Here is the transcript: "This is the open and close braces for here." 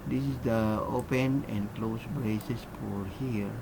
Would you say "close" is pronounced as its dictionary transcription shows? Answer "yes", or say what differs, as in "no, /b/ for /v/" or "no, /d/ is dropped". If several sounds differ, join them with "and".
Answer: yes